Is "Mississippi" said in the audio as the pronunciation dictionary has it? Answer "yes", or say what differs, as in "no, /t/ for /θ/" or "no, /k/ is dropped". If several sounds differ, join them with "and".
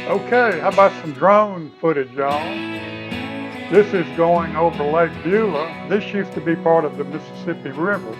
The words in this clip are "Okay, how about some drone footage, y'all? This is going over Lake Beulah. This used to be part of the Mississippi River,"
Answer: yes